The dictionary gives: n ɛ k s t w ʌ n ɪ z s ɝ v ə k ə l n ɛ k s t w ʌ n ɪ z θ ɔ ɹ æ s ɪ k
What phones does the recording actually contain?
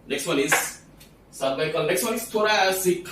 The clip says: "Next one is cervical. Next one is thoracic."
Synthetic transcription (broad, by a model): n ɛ k s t w ʌ n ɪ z s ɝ b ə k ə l n ɛ k s t w ʌ n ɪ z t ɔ ɹ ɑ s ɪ k